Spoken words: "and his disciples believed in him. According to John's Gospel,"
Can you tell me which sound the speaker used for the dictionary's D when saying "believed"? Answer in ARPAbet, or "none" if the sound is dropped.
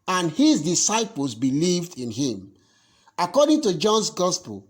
D